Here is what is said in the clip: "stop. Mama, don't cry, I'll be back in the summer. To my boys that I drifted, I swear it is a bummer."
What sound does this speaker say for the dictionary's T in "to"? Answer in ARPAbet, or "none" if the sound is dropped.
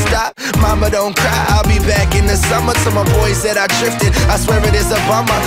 S